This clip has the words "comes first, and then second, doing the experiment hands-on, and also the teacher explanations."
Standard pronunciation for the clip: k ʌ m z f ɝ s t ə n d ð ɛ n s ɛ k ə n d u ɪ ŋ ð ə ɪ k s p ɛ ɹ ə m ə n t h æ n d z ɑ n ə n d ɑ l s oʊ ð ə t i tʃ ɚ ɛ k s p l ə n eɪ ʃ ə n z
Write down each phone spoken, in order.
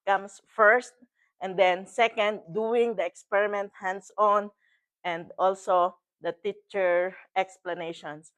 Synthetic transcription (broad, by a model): k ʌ m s f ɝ s t ə n d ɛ n s ɛ k ə n d u ɪ ŋ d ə ɪ k s p ɛ ɹ ə m ə n t h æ n d s ɑ n ə n d ɑ l s oʊ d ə t i tʃ ɚ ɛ k s p l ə n eɪ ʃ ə n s